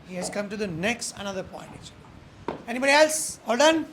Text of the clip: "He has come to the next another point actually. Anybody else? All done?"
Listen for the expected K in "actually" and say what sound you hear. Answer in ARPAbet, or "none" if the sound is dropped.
none